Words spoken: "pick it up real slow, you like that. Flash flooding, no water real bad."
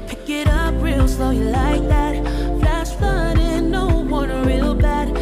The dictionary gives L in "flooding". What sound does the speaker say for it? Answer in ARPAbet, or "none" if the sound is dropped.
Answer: none